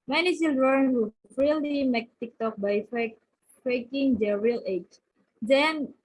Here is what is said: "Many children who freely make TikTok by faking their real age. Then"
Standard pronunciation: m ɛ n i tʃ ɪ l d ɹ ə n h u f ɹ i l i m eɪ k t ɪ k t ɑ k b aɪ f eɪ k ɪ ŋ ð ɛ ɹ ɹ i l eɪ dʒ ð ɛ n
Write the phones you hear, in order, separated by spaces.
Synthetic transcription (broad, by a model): m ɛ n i s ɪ l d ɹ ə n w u f ɹ i l i m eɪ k t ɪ k t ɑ k b aɪ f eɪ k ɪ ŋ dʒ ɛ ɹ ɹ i l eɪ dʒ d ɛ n